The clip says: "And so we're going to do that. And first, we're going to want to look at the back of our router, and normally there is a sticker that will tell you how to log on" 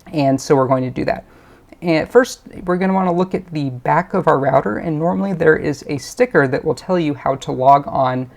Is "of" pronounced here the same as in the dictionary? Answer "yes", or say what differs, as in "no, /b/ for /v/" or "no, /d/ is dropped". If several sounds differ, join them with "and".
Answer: yes